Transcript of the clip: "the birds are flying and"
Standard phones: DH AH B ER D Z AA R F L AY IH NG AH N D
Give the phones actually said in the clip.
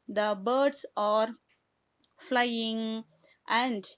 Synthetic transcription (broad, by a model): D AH B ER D S AA R F L AY IH NG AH N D